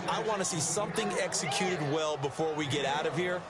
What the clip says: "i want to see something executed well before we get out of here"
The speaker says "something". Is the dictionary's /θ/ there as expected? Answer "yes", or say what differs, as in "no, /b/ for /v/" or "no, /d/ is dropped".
yes